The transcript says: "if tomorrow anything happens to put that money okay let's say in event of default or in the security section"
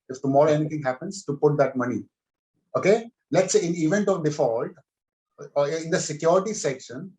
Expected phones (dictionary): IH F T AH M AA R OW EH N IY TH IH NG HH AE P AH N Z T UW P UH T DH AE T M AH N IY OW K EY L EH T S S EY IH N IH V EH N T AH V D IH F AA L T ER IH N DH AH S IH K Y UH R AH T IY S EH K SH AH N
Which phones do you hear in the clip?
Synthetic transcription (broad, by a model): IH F T AH M AA R OW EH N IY T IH NG HH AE P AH N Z T UW P UH T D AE T M AH N IY OW K EY L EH T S S EY IH N IH V EH N T AH V D IH F AA L T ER IH N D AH S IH K Y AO R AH T IY S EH K SH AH N